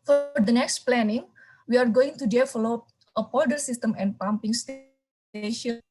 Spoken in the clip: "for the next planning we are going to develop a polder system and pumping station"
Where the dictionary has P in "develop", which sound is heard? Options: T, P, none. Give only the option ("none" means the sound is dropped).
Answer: none